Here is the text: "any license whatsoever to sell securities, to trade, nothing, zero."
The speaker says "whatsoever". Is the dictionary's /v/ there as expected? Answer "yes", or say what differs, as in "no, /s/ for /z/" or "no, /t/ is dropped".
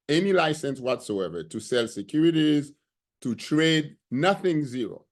yes